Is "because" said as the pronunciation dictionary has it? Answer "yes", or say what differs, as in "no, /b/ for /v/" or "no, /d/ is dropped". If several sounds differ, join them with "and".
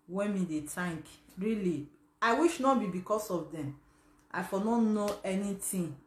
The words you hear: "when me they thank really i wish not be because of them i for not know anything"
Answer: no, /s/ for /z/